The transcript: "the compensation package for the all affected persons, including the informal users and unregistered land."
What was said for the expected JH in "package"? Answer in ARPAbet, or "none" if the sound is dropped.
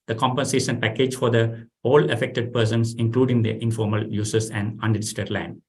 JH